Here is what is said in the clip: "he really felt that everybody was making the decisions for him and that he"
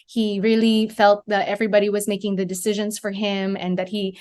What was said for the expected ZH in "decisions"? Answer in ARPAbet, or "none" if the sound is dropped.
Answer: ZH